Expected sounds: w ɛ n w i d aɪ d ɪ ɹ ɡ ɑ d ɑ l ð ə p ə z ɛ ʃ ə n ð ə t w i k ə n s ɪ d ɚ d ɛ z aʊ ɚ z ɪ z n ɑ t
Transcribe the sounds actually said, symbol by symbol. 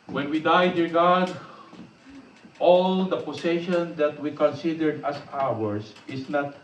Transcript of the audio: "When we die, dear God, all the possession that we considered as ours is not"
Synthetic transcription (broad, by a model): w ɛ n w i d aɪ d ɪ ɹ ɡ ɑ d ɑ l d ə p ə s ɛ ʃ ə n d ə t w i k ə n s ɪ d ɚ d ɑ s aʊ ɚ s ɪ s n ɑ t